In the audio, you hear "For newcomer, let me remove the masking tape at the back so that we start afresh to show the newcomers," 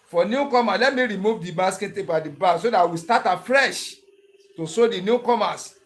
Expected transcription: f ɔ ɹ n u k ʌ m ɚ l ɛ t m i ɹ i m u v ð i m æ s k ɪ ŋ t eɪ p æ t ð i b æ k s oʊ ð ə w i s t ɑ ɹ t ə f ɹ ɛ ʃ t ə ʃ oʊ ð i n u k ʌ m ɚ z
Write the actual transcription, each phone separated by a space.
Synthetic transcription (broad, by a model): f ɔ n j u k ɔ m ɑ l ɛ t m i ɹ i m u v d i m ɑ s k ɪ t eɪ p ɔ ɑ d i b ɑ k s oʊ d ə w i s t ɑ t ə f ɹ ɛ ʃ t ə s oʊ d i n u k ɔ m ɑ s